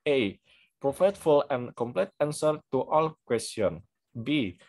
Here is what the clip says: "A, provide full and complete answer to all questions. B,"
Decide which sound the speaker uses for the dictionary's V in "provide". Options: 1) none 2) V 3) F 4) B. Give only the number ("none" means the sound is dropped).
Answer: 3